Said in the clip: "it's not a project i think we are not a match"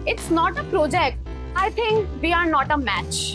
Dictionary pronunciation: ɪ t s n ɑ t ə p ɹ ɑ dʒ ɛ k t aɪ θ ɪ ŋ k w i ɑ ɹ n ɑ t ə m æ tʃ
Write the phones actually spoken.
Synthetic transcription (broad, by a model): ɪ t s n ɑ t ə p ɹ ɑ dʒ ɛ k t aɪ t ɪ ŋ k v i ɑ ɹ n ɑ t ə m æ tʃ